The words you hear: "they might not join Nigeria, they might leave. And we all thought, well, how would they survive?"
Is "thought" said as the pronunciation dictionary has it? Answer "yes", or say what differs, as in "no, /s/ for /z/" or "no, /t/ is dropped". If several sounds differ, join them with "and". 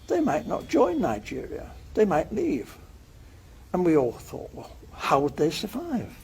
yes